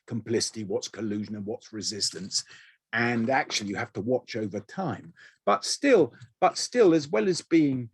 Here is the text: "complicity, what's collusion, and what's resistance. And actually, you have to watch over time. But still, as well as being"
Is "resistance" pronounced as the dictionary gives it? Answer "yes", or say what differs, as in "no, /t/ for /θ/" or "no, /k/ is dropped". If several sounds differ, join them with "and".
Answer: yes